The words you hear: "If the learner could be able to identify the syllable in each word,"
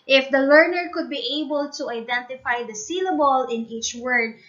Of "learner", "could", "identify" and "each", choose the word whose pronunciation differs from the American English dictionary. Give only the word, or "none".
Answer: none